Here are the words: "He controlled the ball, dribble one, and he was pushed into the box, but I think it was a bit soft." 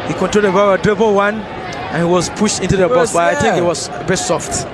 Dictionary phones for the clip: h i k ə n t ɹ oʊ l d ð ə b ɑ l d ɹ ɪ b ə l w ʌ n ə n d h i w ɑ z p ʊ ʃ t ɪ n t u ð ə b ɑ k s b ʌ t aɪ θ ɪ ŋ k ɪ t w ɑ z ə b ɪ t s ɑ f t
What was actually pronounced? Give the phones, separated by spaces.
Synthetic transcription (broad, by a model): h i k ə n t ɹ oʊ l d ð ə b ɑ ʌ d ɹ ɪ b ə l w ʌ n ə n h i w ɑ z p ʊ ʃ t ɪ n t u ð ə b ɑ s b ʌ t aɪ θ ɪ ŋ k ɪ t w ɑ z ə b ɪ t s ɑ f t